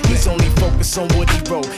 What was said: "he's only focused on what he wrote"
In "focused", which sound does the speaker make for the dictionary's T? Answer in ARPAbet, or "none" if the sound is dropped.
none